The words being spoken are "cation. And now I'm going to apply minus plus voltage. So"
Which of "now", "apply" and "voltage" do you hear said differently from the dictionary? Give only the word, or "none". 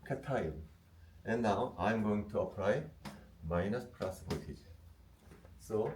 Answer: voltage